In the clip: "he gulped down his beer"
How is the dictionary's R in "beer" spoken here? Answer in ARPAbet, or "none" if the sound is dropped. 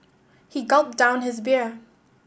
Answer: R